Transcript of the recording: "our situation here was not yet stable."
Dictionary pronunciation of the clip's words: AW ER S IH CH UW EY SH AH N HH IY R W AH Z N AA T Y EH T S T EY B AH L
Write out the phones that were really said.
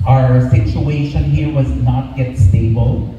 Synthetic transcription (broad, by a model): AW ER S IH CH UW EY SH AH N HH IY R W AH Z N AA T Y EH T S T EY B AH L